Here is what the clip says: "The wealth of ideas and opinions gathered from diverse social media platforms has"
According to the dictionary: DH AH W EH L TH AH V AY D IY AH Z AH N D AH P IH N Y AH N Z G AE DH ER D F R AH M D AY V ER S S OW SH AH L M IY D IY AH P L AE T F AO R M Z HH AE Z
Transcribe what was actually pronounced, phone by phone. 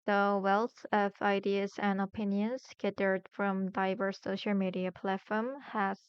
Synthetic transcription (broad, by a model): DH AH W EH L TH AH V AY D IY AH Z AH N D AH P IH N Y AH N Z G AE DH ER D F R AH M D AY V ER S S OW SH AH L M IY D IY AH P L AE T F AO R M HH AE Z